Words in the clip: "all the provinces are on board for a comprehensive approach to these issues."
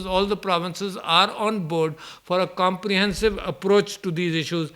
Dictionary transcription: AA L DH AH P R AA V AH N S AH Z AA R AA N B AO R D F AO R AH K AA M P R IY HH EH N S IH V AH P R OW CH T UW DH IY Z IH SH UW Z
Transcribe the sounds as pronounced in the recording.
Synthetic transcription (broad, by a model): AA L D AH P R AA V AH N S AH Z AA R AA N B AO R D F AO R AH K AA M P R IY HH EH N S IH V AH P R OW CH T UW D IY Z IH SH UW Z